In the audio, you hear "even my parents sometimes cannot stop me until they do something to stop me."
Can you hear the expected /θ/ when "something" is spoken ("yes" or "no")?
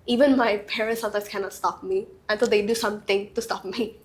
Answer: no